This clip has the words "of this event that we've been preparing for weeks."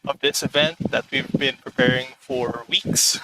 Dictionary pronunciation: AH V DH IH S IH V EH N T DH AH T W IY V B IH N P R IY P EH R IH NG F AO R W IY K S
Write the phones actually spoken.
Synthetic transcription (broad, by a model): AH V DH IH S IH V EH N T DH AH T W IY V B IH N P R IY P EH R IH NG F AO R W IY K S